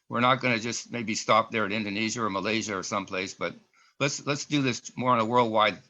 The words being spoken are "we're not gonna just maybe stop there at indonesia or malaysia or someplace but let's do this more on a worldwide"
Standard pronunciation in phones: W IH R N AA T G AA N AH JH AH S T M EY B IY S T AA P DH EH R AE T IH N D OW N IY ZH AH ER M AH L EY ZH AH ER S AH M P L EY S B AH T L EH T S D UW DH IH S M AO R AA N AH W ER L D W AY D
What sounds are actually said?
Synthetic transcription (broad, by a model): W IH R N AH T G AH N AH JH AH S T M EY B IY S T AA P DH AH R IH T IH N D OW N IY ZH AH ER M AH L EY ZH AH ER S AH M P L EY S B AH T L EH T S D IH DH IH S M AO R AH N AH W ER L D W AY D